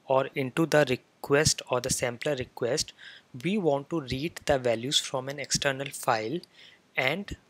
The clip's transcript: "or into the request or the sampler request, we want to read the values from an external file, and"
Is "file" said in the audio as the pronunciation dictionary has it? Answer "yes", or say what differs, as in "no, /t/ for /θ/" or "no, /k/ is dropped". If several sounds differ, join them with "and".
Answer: yes